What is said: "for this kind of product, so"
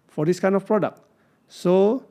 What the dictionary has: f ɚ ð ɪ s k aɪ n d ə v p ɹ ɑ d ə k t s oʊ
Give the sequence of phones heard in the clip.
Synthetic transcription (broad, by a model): f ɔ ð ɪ s k aɪ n ə f p ɹ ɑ d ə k s oʊ